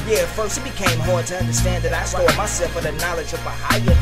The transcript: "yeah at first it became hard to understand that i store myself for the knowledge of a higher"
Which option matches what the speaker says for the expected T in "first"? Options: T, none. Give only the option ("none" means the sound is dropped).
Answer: none